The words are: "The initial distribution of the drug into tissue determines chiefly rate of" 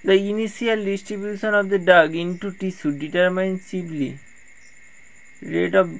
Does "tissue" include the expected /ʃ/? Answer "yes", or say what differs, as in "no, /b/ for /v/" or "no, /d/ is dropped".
no, /s/ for /ʃ/